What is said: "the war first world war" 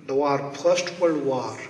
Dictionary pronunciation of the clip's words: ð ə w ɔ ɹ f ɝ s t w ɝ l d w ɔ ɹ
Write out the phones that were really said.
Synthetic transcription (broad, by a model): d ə w ɔ ɹ p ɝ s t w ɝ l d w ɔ ɹ